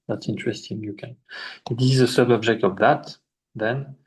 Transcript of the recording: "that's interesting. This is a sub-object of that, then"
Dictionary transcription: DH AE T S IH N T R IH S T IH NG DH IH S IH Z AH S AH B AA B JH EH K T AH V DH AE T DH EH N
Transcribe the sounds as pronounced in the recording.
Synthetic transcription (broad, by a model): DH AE T S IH N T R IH S T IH NG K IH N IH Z AH S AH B AA B JH EH K T AH V DH AE T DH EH N